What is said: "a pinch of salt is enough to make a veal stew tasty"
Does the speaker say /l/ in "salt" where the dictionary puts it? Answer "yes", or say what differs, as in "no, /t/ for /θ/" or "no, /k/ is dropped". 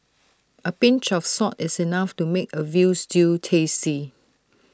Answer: no, /l/ is dropped